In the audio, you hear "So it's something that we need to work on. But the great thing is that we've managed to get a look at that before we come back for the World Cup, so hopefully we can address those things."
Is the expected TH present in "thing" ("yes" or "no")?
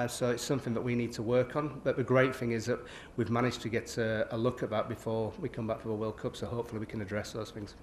yes